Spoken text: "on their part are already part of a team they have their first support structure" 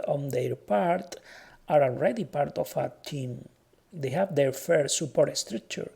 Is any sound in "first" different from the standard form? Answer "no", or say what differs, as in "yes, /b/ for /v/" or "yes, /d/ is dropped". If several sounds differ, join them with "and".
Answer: yes, /s/ is dropped